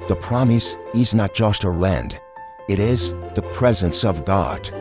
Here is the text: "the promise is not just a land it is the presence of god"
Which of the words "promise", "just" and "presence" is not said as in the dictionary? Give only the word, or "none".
none